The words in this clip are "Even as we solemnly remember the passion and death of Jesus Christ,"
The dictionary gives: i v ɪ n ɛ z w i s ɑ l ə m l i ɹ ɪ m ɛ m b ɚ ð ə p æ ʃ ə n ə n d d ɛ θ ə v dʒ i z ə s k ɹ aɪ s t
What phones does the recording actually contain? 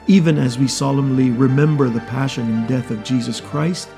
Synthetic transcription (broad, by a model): i v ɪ n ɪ z w i s ɑ l ə m l i ɹ ɪ m ɛ m b ɚ ð ə p æ ʃ ə n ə n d d ɛ θ ə v dʒ i z ə s k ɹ aɪ s t